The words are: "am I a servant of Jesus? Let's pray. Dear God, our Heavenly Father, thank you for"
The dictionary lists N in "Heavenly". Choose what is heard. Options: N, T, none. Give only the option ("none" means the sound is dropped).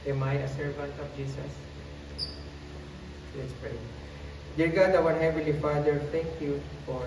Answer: none